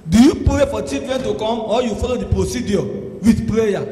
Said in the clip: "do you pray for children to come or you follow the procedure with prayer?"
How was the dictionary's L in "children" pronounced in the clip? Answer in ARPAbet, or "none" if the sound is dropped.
none